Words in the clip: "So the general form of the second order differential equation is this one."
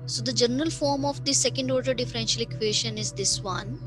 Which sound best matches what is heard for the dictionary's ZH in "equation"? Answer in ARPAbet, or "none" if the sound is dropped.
SH